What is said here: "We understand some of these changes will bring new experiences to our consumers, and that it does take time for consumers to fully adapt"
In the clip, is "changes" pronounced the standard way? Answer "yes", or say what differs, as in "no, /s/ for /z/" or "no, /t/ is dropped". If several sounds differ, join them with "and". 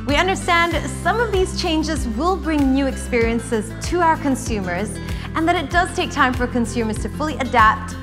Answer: yes